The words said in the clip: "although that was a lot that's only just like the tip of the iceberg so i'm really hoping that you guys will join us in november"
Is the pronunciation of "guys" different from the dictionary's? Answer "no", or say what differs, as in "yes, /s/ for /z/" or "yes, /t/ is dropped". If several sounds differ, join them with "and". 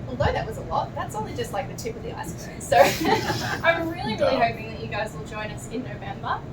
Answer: no